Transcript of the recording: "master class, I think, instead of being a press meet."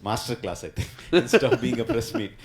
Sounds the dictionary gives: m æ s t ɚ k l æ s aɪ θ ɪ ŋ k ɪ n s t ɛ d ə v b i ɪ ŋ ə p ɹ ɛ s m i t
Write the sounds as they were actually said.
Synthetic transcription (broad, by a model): m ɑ s t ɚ k l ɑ s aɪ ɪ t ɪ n s t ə p b i ɪ ŋ ə p ɹ ɛ s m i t